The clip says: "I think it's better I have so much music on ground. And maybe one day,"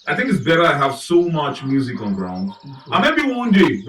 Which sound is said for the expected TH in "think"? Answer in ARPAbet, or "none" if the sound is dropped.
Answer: TH